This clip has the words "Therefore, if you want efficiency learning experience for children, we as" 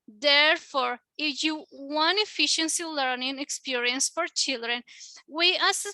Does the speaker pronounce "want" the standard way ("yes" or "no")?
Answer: no